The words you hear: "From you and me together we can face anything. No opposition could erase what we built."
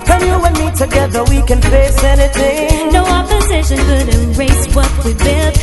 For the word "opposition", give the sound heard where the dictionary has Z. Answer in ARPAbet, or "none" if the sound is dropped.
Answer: Z